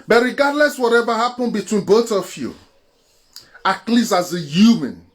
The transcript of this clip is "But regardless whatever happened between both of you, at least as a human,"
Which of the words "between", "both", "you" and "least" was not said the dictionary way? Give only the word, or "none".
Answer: least